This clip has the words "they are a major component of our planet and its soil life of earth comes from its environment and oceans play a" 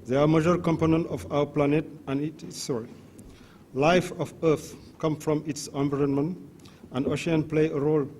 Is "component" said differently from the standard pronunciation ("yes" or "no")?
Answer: no